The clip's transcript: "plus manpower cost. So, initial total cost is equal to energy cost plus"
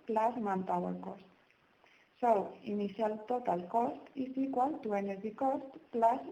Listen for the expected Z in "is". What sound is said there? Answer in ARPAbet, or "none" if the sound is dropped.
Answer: S